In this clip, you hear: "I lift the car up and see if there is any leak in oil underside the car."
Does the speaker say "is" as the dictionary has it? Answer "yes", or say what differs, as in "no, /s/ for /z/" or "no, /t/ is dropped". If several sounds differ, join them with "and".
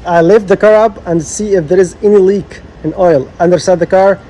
yes